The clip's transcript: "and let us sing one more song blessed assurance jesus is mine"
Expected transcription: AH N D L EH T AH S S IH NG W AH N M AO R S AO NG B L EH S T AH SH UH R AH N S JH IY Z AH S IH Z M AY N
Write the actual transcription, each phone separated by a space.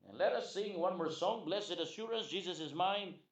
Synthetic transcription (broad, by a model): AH N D L EH T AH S S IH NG W AH N M AO R S AO NG B L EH S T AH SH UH R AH N S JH IY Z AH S IH Z M AY N